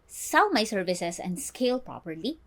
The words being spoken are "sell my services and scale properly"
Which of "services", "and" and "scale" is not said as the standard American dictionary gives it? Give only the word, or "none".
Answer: services